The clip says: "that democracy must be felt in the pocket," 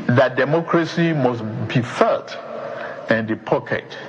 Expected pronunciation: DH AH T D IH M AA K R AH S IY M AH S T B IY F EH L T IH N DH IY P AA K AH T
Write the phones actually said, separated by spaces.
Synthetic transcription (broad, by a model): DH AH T D IH M AA K R AH S IY M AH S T B IY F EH T IH N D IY P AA K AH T